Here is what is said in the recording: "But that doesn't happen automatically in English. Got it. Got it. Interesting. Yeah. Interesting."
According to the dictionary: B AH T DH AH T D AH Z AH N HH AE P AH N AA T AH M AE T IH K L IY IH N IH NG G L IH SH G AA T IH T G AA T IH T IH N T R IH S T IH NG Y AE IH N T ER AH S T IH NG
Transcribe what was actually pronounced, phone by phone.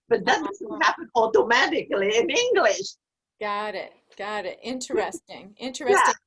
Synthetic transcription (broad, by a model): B AH T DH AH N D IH S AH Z HH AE P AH N AA T AH M AE T IH K L IY IH N IH NG G L IH SH G AA T IH T G AA T IH T IH N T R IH S T IH NG IH N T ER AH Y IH